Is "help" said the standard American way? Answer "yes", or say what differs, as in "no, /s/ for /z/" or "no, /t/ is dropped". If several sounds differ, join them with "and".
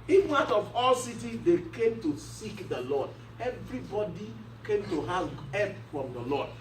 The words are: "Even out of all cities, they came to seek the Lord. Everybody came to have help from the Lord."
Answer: no, /l/ is dropped